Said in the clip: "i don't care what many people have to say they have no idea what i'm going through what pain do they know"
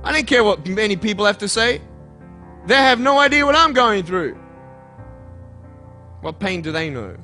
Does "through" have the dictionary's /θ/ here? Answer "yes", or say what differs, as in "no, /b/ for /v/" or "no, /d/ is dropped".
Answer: yes